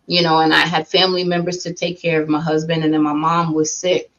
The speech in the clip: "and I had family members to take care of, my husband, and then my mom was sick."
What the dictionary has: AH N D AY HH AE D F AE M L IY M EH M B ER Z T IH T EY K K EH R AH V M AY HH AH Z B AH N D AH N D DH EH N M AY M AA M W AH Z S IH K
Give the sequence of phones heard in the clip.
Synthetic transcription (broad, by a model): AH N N AY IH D F AE M L IY M EH M B ER Z T IH T EY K K EH R AH V M AY HH AH Z B AH N D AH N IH N M AY M AA M W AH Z S IH K